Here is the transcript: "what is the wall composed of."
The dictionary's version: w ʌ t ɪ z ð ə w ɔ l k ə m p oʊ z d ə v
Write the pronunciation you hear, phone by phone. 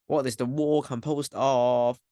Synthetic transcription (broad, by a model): w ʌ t ɪ z ð ə w ɔ k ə m p oʊ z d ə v